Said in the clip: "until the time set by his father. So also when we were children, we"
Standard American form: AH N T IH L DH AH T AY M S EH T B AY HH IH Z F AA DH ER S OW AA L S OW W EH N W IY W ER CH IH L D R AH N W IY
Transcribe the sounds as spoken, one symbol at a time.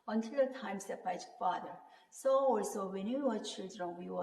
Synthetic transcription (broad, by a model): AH N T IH L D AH T AY M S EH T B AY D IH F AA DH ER S OW AA L S OW W EH N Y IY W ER CH IH L D R AH N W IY